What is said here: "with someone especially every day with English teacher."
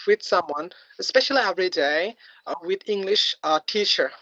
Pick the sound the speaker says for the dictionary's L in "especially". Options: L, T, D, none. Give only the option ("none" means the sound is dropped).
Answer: L